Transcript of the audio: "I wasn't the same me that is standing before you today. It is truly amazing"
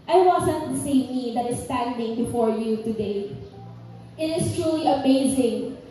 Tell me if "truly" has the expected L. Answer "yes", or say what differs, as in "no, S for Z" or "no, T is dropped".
yes